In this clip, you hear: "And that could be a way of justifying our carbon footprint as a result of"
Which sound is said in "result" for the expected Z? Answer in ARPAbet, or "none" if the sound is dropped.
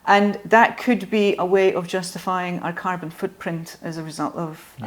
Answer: Z